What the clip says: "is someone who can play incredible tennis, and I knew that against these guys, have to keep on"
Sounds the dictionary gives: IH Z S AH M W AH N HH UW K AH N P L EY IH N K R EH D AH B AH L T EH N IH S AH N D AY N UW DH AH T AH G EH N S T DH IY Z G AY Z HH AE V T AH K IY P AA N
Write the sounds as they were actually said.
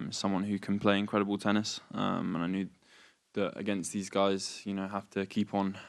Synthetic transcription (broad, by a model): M S AH M W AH N HH UW K AH N P L EY IH N K R EH D AH B AH L T EH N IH S AH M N AY N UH DH AH T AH G EH N S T DH IY Z G AY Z HH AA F T AH K IY P N